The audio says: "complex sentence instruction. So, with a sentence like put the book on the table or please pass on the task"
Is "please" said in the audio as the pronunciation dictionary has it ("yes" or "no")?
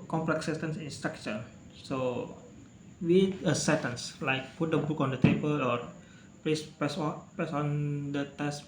no